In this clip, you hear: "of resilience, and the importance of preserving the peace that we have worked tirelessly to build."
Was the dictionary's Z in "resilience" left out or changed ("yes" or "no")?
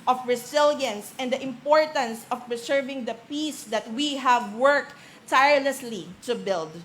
yes